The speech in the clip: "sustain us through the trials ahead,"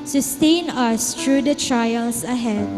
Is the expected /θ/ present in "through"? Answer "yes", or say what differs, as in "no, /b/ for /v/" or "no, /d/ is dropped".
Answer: no, /t/ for /θ/